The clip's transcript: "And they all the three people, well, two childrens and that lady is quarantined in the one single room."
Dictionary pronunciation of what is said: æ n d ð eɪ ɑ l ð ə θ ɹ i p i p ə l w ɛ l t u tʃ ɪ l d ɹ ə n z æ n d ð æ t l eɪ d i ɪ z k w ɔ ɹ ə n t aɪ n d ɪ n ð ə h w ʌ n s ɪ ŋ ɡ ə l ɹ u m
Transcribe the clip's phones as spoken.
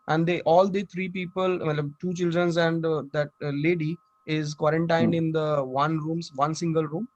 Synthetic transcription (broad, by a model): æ n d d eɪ ɑ l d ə t ɹ i p i p ə l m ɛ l t u tʃ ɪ l d ɹ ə n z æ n d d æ t l eɪ d i ɪ z k w ɔ ɹ ə n t aɪ n d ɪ n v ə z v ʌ n s ɪ ŋ ɡ ə l ɹ u m